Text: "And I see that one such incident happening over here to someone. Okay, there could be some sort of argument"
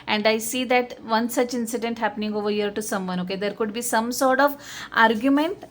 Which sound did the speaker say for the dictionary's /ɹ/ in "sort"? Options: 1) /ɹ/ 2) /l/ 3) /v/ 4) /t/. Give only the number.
1